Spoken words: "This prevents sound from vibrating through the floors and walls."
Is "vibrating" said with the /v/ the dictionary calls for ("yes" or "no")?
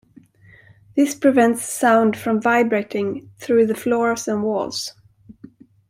yes